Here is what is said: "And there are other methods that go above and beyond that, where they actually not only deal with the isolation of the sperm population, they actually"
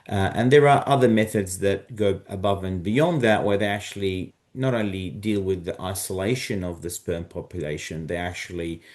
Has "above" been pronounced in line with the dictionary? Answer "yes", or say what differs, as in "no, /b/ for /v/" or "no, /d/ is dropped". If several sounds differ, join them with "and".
yes